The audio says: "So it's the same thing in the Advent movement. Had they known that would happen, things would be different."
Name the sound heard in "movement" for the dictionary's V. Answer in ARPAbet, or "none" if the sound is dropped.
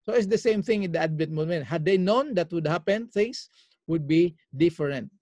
none